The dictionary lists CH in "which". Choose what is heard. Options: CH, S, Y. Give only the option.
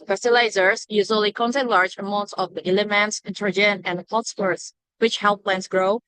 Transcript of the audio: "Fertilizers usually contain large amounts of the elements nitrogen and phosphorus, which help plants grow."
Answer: CH